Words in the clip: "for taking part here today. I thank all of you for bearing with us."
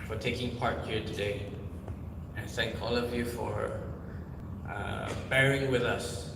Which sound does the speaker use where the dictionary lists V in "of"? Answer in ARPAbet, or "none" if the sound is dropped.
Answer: V